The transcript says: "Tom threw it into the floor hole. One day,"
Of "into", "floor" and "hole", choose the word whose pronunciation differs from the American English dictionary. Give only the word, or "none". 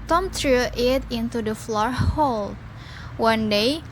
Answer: none